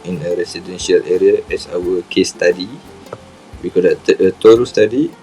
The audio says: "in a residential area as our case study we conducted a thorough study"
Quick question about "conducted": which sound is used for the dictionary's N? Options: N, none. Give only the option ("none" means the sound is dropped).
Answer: none